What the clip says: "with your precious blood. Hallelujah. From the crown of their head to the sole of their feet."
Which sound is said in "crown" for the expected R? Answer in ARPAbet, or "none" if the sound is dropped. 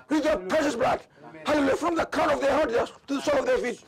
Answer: none